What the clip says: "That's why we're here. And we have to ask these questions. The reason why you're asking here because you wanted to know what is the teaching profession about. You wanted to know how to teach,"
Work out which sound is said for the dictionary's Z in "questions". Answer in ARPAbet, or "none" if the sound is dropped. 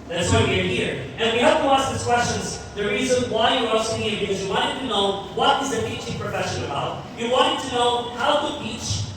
Z